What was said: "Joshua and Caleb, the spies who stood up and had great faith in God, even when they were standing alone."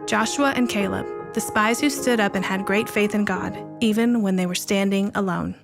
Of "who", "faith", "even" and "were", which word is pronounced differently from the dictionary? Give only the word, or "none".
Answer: none